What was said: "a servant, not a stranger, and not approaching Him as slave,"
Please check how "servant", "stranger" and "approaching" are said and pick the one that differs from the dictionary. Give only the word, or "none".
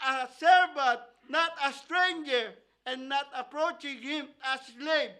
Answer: servant